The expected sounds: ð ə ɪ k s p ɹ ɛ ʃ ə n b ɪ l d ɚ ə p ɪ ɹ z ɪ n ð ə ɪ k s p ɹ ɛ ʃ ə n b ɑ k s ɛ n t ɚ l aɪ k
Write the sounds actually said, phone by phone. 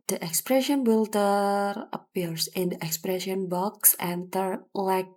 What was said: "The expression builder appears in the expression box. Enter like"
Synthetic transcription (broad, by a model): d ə ɪ k s p ɹ ɛ ʃ ə n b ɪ l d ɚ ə p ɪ ɹ s ɪ n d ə ɪ k s p ɹ ɛ ʃ ə n b ɑ k s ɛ n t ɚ l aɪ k